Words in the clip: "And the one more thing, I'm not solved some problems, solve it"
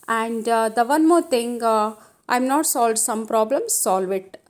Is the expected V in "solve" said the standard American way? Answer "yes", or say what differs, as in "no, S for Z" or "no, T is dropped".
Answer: yes